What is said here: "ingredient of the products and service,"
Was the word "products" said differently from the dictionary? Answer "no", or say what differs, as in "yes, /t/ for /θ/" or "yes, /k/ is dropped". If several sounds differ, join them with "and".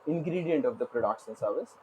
yes, /ʃ/ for /s/